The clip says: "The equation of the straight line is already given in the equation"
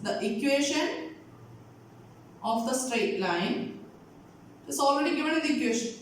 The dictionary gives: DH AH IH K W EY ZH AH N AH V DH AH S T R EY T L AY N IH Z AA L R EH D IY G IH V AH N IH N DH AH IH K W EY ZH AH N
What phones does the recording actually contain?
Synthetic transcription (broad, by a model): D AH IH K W EY SH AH N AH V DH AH S T R EY T L AY N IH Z AA L R EH D IY G IH V AH N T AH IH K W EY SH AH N